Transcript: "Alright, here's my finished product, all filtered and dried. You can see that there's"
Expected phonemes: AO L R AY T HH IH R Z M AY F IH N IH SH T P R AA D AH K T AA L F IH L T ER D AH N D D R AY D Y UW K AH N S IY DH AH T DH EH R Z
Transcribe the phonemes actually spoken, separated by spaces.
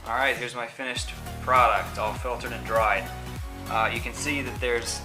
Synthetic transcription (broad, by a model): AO L R AY T HH IH R Z M AY F IH N IH SH T P R AA D AH K T AA L F IH L T ER D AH N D D R AY D Y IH K AH N S IY DH AH T DH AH R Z